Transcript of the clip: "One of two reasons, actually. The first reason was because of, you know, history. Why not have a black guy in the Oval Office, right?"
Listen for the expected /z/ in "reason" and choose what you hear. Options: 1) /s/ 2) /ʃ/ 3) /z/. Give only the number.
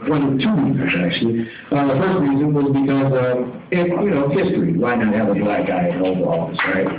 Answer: 3